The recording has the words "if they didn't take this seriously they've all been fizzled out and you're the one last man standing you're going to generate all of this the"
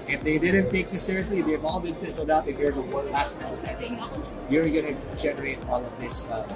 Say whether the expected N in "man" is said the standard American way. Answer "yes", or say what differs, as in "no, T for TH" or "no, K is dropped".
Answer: no, L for N